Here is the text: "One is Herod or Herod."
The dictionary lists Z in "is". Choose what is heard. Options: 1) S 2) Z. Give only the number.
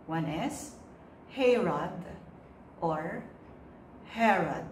1